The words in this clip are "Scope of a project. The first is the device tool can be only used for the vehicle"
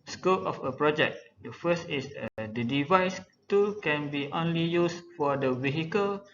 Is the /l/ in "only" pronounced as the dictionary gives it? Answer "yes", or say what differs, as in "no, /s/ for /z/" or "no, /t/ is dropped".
yes